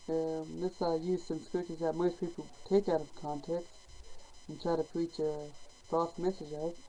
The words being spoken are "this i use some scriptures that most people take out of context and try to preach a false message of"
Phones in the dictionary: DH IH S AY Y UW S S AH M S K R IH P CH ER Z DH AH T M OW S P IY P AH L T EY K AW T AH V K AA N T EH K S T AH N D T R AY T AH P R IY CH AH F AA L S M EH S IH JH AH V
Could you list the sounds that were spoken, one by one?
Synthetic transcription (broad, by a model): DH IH S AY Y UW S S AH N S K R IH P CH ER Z DH AH T M OW S P IY P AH L T EY K AW T AH V K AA N T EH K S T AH N T R AY T AH P R IY CH AH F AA S M EH S IH JH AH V